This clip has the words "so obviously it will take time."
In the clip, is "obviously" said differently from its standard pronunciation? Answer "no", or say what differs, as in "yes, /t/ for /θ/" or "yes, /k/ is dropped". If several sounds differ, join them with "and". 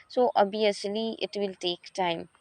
yes, /v/ is dropped